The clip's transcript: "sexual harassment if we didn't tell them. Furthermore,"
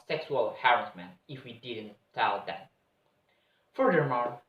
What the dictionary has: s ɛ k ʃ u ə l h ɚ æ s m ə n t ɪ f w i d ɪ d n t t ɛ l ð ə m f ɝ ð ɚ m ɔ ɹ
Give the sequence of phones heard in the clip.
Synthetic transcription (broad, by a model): s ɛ k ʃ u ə l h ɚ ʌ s m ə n ɪ f w i d ɪ d n t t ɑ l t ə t f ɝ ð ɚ m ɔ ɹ